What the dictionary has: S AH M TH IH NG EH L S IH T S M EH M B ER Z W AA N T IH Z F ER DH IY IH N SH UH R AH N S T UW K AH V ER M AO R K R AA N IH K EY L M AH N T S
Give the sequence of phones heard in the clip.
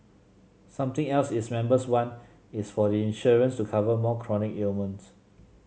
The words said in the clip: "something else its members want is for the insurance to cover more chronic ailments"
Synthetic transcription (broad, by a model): S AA M T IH NG EH L S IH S M EH M B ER S W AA N IH S F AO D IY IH N SH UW R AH N S T UW K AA V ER M AO K R AA N IH K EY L M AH N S